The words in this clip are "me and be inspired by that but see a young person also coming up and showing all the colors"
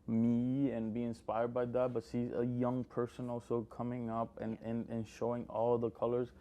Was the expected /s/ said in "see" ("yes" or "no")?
no